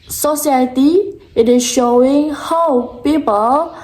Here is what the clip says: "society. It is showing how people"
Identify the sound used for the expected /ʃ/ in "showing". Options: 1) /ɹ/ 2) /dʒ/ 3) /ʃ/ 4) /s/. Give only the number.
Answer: 3